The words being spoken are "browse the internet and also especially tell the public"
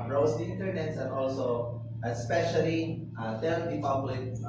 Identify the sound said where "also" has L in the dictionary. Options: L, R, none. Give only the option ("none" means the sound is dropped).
L